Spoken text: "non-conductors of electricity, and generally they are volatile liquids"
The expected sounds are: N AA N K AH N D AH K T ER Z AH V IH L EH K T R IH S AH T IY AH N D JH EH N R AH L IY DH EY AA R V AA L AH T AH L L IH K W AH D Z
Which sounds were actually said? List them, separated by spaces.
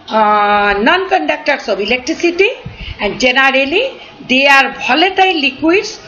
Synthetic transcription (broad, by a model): N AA N K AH N D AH K T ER S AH B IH L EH K T R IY S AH T IY AH N D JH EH N R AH L IY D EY AA R B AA L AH T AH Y L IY K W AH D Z